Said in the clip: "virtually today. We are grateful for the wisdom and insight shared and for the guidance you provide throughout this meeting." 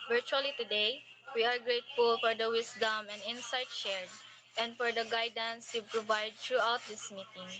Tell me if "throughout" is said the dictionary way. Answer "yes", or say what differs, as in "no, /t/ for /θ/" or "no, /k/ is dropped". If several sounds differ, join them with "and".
no, /t/ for /θ/